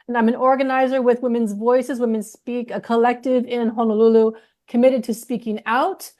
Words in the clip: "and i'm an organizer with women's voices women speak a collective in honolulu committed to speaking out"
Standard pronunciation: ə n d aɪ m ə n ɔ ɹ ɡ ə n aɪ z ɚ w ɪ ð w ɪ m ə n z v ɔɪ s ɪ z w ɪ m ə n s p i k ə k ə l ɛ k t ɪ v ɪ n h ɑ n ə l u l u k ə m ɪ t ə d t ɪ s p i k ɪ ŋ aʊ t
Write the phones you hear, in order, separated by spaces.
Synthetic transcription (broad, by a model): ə n aɪ m ə n ɔ ɹ ɡ ə n aɪ z ɚ w ɪ ð w ɪ m ə n z v ɔɪ s ɪ z w ɪ m ə n s p i k ə k ə l ɛ k t ɪ v ɪ n h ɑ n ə l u l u k ə m ɪ t ə d t ɪ s p i k ɪ ŋ aʊ t